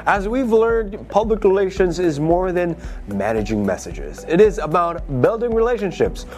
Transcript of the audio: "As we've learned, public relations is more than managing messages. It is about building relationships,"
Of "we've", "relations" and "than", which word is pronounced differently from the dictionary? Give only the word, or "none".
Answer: none